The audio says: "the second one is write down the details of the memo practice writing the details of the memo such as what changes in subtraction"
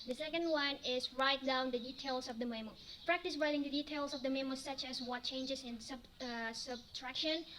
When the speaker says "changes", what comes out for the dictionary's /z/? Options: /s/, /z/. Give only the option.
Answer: /s/